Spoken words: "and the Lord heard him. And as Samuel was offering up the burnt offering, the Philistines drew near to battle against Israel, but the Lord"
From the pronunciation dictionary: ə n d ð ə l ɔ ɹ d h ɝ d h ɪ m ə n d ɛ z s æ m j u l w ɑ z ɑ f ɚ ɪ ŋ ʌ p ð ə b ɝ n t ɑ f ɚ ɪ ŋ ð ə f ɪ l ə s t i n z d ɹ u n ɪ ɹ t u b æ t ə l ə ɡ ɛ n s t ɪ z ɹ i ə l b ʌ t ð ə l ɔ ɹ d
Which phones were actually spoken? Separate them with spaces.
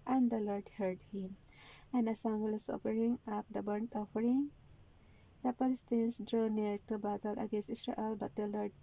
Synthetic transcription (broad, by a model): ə n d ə l ɔ ɹ d h ɝ d h ɪ m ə n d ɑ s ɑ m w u l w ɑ s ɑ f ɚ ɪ ŋ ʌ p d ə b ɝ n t ɑ f ɚ ɪ ŋ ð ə p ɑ l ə s t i n s d ɹ u n ɪ ɹ t u b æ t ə l ə ɡ ɛ n s t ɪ s ɹ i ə l b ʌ t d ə l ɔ ɹ d